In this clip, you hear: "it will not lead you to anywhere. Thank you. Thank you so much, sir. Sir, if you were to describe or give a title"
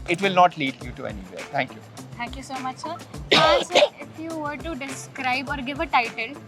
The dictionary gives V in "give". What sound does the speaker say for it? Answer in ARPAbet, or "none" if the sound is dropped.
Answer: V